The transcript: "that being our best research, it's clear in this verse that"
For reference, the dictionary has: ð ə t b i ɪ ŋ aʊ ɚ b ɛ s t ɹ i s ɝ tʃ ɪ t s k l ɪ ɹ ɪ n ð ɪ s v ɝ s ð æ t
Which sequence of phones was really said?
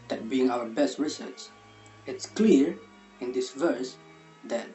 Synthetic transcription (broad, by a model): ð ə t b i ɪ ŋ aʊ ɚ b ɛ s t ɹ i s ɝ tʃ ɪ t s k l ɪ ɹ ɪ n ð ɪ s v ɝ s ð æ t